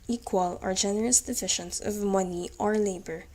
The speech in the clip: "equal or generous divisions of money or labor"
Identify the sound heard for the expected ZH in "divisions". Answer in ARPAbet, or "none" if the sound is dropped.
SH